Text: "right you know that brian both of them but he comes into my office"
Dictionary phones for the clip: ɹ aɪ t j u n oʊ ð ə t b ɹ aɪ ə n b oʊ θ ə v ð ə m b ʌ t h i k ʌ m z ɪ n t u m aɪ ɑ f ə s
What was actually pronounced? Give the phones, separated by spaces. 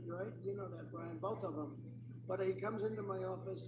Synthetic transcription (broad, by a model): ɹ aɪ t j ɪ n oʊ ð ə t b ɹ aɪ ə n b oʊ θ ə v ð ə m b ʌ t h i k ʌ m z ɪ n t u m aɪ ɑ f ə s